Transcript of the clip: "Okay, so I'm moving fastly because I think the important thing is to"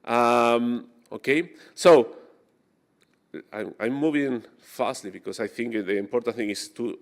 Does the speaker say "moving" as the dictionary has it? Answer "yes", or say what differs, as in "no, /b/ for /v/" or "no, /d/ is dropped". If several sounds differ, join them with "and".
yes